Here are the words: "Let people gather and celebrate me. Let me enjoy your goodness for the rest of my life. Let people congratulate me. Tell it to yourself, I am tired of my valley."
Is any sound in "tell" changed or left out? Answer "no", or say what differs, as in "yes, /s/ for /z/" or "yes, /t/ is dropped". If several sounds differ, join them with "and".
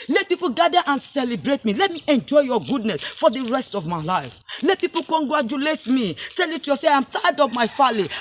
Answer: no